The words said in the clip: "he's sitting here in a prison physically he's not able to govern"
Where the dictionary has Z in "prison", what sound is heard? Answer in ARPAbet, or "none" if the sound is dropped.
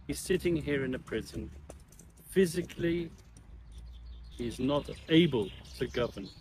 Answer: Z